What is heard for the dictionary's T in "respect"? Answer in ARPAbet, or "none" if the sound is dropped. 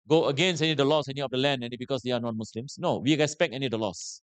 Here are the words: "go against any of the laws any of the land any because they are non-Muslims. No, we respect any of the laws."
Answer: none